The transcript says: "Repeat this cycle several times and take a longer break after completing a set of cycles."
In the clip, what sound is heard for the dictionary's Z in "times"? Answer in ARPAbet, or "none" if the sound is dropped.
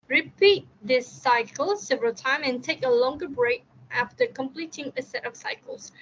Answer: none